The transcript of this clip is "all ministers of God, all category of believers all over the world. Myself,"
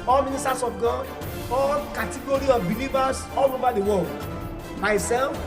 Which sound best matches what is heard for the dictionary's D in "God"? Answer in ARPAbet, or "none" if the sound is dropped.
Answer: none